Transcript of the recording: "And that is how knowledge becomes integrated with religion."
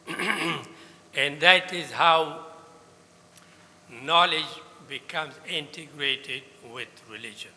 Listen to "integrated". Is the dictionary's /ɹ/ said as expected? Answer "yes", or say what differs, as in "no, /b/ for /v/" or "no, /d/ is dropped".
yes